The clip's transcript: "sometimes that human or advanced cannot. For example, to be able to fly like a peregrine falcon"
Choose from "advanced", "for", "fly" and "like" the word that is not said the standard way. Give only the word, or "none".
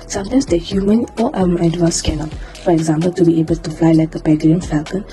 advanced